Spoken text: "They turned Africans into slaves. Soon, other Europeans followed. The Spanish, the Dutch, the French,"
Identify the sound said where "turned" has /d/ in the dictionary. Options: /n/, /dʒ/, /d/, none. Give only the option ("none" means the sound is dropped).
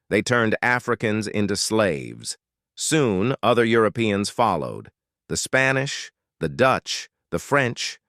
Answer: /d/